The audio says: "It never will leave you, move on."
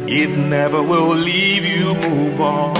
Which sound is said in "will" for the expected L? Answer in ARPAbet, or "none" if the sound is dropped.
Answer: L